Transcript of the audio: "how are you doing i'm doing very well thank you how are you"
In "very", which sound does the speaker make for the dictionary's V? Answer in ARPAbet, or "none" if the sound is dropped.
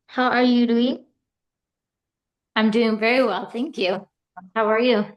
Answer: V